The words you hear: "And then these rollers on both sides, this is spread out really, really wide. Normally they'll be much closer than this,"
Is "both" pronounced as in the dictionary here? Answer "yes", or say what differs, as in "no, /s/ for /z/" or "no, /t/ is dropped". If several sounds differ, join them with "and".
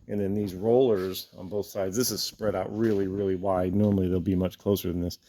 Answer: yes